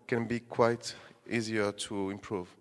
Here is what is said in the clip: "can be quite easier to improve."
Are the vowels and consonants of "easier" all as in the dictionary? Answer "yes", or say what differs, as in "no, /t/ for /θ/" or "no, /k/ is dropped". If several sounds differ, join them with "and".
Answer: yes